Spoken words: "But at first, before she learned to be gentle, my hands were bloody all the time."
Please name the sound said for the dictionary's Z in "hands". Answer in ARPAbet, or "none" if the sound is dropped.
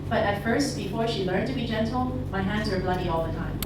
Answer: Z